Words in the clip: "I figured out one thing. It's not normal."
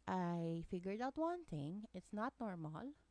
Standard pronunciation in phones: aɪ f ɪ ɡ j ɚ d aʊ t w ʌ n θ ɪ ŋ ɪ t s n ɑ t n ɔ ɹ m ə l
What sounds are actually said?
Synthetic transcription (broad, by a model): aɪ f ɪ ɡ j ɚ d aʊ t w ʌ n t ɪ ŋ ɪ t s n ɑ t n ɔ ɹ m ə l